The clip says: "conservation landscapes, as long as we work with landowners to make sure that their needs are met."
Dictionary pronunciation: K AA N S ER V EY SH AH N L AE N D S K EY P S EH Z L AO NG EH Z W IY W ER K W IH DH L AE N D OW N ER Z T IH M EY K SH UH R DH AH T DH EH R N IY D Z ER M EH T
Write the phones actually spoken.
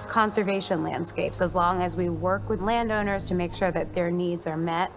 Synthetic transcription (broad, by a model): K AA N S ER V EY SH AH N L AE N D S K EY P S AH Z L AO NG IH Z W IY W ER K W IH DH L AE N D OW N ER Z T IH M EY K SH UH R DH AH T DH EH R N IY D Z ER M EH T